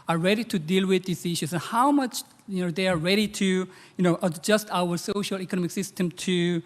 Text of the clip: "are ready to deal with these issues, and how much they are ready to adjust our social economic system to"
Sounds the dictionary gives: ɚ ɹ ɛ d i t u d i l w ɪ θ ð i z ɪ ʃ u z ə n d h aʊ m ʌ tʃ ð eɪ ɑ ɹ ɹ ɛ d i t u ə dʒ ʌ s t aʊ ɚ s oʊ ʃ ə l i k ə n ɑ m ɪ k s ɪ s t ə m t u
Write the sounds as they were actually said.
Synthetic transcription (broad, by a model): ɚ ɹ ɛ d i t u d i l w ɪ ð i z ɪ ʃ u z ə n h aʊ m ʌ tʃ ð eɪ ɑ ɹ ɹ ɛ d i t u ə dʒ ʌ s t aʊ ɚ s oʊ ʃ ə l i k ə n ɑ m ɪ k s ɪ s t ə m t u